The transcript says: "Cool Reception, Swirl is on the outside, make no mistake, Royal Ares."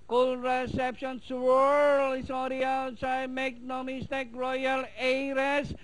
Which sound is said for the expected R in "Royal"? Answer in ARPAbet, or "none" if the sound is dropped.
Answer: R